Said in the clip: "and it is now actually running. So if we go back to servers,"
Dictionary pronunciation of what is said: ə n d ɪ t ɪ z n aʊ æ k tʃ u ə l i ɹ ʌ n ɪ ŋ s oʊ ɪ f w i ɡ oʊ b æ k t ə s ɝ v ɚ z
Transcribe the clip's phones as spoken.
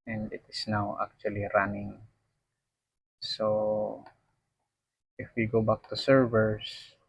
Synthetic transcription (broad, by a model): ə n d ɪ t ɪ s n aʊ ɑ k tʃ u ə l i ɹ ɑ n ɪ ŋ s oʊ ɪ f w i ɡ oʊ b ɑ k t ə s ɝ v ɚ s